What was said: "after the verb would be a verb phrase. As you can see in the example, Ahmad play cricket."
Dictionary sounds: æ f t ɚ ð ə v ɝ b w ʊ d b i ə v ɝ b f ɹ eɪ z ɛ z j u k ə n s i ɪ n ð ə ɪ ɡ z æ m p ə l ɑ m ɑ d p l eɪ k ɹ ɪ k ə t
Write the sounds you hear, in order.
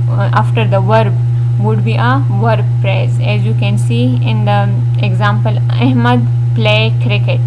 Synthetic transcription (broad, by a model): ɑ f t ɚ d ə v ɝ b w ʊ d b i ə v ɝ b p ɹ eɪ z ɛ z j u k ə n s i ɪ n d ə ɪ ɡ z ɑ m p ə l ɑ m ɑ d p l eɪ k ɹ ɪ k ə t